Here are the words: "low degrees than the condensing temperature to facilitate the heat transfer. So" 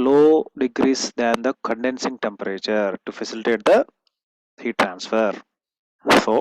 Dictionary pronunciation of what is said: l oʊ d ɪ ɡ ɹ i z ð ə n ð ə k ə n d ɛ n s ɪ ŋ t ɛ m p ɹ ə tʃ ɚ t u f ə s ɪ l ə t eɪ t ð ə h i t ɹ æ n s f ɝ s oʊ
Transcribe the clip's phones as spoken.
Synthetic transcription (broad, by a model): l oʊ d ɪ ɡ ɹ i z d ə n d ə k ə n d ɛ n s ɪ ŋ t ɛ m p ɹ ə tʃ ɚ t u f ə s ɪ l ə t eɪ t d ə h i t ɹ æ n s f ɝ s oʊ